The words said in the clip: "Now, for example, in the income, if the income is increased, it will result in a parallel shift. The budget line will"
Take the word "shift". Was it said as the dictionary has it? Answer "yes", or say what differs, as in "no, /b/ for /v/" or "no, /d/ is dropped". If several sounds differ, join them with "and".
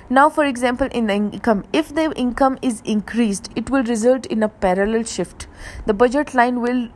yes